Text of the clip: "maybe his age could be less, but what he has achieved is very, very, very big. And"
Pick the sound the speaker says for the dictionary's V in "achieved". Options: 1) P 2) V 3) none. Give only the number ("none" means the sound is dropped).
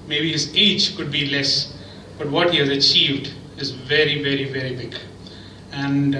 2